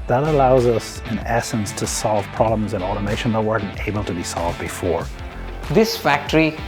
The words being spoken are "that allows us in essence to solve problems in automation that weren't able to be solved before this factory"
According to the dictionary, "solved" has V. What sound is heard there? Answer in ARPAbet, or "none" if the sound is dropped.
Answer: V